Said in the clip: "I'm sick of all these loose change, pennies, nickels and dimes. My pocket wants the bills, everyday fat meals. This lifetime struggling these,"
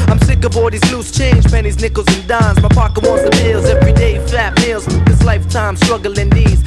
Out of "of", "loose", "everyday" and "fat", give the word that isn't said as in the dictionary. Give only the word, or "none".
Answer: of